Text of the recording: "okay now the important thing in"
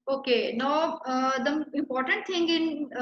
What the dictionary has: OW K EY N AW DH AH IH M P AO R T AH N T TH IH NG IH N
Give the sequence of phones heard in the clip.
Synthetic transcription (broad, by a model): OW K EY N AW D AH IH M P AO R T AH N T T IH NG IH N